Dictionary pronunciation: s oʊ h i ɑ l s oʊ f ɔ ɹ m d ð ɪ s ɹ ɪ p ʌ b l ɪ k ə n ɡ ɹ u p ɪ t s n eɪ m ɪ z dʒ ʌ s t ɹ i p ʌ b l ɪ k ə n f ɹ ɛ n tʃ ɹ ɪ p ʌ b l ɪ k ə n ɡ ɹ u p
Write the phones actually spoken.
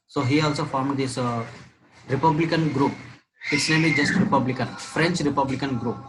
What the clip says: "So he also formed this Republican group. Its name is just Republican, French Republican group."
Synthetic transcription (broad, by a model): s oʊ h i ɑ l s oʊ f ɔ ɹ m d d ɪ s ɹ ɪ p ʌ b l ɪ k ə n ɡ ɹ u p ɪ t s n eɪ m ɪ dʒ ʌ s t ɹ i p ʌ b l ɪ k ə n f ɹ ɛ n tʃ ɹ ɪ p ʌ b l ɪ k ə n ɡ ɹ u p